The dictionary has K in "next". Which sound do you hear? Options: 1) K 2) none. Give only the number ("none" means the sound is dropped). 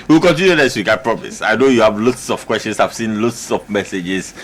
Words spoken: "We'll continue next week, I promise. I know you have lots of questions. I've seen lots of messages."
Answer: 2